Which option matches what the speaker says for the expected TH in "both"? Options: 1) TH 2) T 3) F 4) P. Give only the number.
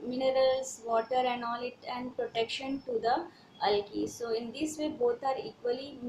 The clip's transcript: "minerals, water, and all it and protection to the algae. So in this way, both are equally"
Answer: 2